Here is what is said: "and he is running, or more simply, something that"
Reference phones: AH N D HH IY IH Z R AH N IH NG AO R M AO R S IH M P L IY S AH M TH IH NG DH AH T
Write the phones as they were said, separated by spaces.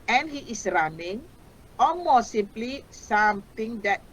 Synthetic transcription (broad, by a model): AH N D HH IY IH S R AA N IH NG AO L M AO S S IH M P L IY S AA M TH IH NG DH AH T